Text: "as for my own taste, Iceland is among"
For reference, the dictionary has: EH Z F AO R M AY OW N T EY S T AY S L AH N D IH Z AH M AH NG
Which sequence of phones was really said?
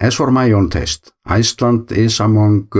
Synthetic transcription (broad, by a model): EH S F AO R M AY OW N T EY S T AY S L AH N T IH S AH M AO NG